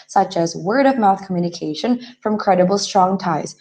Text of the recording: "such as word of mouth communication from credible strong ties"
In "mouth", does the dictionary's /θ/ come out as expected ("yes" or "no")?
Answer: yes